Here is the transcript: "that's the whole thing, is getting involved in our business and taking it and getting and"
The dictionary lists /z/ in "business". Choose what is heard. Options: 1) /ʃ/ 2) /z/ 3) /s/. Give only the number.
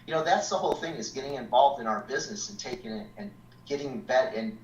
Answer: 2